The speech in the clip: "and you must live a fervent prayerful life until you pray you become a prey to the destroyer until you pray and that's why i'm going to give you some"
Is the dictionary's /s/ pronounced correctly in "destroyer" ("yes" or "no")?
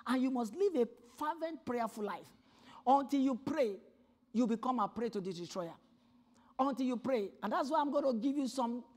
no